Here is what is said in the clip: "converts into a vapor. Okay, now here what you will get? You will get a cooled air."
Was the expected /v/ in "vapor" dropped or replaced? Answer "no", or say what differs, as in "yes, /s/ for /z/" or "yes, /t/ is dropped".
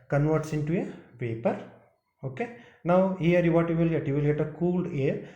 yes, /p/ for /v/